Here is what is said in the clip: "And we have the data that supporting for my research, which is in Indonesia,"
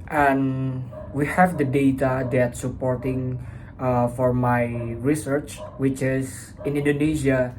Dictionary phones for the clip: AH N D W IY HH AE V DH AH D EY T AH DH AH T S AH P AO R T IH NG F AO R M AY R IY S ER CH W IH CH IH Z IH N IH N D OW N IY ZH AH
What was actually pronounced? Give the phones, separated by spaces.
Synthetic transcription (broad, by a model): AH N W IY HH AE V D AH D EY T AH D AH T S AH P AO R T IH NG F AO R M AY R IY S ER CH W IH CH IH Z IH N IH N D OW N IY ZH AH